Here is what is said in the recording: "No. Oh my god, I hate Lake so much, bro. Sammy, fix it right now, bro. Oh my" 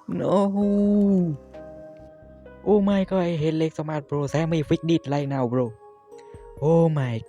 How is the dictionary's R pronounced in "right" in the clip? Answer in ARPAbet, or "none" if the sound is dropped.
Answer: L